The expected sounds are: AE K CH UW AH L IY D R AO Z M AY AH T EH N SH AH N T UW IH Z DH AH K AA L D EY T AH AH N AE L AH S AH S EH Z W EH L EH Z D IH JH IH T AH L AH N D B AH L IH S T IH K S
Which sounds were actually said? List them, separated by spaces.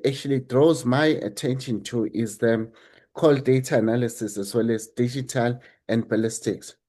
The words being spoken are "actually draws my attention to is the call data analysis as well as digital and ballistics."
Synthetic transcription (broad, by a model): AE K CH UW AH L IY D R AO Z M AY AH T EH N SH AH N T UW IH Z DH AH K AA L D EY T AH N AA L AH S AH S EH Z W EH L EH Z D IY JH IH T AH L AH N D B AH L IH S T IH K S